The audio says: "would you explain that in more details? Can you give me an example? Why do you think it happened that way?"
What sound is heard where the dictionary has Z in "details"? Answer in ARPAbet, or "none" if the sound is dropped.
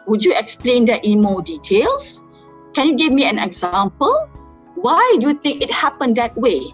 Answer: S